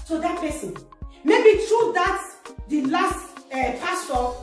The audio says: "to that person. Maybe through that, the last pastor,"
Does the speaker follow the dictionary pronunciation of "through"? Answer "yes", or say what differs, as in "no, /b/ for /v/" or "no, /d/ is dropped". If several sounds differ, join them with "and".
no, /t/ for /θ/